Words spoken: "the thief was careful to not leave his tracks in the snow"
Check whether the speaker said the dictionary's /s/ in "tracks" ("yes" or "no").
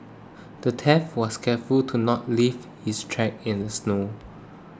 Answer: no